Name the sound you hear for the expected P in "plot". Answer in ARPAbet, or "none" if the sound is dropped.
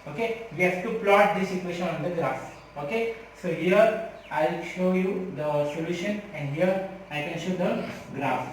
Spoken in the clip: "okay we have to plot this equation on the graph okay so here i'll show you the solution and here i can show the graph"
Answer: P